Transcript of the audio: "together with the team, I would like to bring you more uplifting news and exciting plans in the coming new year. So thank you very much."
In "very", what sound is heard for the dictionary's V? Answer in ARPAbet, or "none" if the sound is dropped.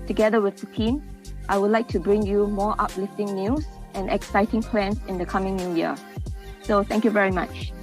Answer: V